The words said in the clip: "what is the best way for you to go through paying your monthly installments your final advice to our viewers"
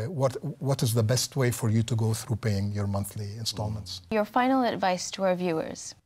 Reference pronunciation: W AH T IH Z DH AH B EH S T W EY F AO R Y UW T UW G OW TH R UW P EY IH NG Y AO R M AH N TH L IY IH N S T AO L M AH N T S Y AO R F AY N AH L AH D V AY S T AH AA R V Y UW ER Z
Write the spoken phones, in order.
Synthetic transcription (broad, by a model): W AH T IH Z DH AH B EH S T W EY F AO R Y UW T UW G OW TH R UW P EY IH NG Y AO R M AH N TH L IY IH N S T AO L M AH N T S Y AO R F AY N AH L AH D V AY S T AH AA R V Y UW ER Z